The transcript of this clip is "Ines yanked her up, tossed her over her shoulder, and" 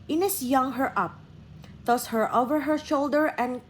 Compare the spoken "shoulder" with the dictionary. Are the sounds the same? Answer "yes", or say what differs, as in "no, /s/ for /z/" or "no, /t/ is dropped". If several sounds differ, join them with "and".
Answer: yes